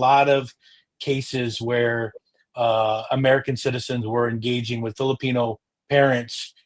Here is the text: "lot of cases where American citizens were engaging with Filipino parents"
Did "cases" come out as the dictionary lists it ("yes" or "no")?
yes